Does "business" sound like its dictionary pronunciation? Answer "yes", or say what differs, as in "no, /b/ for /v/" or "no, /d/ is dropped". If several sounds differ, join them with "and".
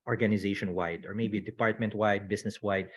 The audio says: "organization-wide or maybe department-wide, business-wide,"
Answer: no, /s/ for /z/